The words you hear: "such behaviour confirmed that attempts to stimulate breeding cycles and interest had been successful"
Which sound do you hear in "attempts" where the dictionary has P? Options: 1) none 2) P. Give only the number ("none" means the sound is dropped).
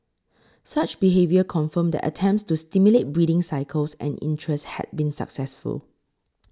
2